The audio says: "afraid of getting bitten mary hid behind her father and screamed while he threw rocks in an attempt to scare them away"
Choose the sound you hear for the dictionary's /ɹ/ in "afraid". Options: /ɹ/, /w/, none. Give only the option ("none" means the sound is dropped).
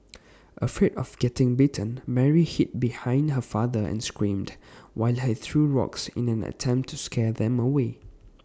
none